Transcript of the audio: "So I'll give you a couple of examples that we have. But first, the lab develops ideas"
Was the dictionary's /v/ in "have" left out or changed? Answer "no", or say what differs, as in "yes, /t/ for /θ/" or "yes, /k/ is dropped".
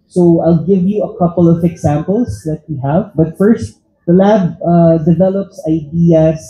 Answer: no